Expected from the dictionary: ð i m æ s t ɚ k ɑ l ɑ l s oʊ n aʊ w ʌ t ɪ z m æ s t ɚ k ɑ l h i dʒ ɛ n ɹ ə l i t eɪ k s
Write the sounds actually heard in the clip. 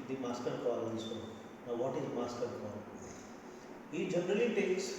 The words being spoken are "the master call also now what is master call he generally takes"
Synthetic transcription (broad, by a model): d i m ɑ s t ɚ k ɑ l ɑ n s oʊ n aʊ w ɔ t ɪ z m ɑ s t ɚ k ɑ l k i dʒ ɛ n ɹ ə l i t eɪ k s